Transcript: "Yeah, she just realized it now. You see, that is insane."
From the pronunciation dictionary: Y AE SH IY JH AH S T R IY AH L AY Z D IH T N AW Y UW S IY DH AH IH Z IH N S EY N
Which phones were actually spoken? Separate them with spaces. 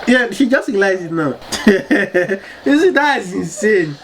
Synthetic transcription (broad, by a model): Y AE SH IY JH AH S T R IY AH L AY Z IH T N AW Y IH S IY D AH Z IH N S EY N